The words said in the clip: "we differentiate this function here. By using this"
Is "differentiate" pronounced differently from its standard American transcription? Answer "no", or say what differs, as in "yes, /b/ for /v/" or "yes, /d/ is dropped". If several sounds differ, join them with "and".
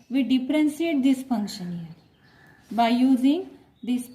yes, /s/ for /ʃ/